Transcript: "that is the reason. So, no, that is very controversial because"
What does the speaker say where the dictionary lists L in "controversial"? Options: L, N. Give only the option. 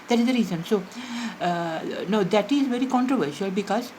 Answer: L